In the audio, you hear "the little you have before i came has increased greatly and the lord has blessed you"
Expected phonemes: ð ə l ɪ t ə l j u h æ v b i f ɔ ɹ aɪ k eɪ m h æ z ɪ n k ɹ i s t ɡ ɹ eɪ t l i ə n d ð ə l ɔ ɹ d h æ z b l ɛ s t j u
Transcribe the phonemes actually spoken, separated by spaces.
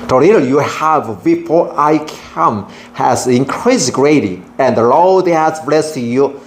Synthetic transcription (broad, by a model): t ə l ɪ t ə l j u h æ v b i f ɔ ɹ aɪ k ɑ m h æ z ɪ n k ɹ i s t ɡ ɹ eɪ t i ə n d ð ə l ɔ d h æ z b l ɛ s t j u